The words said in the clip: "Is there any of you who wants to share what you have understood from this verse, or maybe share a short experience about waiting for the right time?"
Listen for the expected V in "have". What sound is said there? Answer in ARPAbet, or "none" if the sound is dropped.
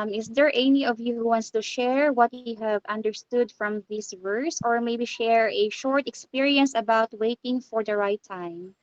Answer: V